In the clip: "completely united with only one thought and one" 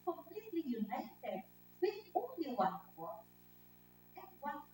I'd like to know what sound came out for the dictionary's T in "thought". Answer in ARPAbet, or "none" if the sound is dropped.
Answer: none